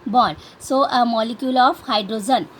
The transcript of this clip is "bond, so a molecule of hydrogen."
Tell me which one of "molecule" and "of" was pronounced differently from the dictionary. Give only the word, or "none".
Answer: of